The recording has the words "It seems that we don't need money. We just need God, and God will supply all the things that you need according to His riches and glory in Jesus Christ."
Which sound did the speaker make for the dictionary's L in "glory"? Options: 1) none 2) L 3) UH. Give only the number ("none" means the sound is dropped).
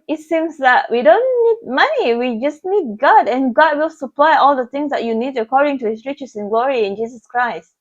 2